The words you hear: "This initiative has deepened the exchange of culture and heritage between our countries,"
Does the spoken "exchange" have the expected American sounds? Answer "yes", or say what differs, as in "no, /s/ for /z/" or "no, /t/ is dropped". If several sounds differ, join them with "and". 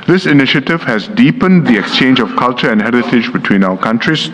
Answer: yes